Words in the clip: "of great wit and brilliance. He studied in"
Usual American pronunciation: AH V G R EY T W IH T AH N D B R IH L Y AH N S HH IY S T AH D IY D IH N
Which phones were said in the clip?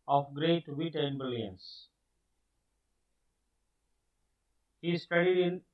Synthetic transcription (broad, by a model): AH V G R EY T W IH T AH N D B IH L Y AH N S HH IY S T AH D IY D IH N